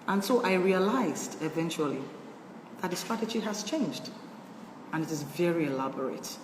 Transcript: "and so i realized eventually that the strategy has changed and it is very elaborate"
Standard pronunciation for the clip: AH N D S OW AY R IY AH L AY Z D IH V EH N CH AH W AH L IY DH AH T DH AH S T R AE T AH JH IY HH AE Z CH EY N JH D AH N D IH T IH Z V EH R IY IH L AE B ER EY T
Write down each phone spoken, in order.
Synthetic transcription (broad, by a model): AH N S OW AY R IY AH L AY Z D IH V EH N CH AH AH L IY DH AH T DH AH S T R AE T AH JH IY HH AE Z CH EY N JH D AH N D IH T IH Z V EH R IY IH L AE B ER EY T